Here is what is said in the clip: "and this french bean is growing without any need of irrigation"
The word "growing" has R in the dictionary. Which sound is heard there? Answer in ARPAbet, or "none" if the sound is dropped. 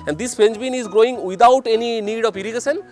R